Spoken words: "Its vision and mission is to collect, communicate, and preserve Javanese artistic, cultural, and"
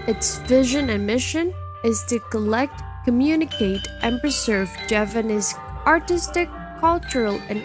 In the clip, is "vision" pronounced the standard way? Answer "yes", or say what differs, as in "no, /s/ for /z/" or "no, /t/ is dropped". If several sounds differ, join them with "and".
yes